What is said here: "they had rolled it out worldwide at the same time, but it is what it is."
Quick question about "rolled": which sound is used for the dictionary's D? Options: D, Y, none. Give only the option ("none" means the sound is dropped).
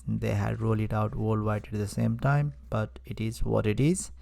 none